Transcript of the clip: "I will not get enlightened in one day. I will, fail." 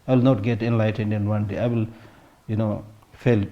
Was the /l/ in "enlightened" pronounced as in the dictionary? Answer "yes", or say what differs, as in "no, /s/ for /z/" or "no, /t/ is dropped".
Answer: yes